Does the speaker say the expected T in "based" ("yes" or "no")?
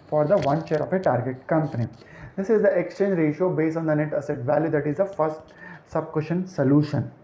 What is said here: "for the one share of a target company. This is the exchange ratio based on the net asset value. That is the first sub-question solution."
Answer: no